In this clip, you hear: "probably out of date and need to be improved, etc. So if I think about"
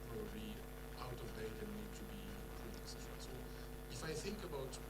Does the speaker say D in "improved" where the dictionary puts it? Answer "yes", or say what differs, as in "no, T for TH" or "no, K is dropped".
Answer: no, D is dropped